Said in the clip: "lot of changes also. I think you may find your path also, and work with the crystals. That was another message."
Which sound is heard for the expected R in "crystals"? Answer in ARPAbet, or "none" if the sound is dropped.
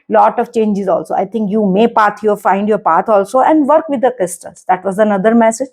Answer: none